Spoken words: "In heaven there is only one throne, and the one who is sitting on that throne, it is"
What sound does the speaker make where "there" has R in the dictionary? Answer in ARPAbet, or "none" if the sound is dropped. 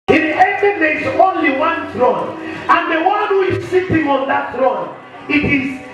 L